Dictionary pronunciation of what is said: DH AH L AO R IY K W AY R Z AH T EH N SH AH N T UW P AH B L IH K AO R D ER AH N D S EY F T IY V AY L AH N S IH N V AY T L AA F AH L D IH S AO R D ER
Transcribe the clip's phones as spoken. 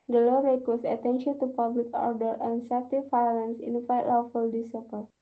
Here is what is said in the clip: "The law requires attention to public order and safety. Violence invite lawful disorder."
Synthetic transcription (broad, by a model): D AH L AO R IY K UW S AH T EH N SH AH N T UW P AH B L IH K AO R D ER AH N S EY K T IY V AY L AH N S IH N F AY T L AA F AH L D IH S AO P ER